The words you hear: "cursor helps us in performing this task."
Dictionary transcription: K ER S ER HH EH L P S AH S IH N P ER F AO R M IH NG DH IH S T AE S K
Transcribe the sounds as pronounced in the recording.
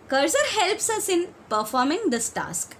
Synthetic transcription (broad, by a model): K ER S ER HH EH L P S AH S IH N P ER F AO R M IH NG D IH S T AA S K